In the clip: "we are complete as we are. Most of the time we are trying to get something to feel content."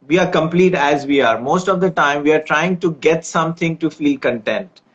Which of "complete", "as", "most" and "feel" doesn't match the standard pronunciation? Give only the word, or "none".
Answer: none